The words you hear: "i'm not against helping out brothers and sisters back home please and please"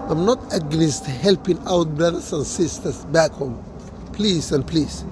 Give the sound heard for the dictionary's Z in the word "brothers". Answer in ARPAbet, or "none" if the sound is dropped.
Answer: S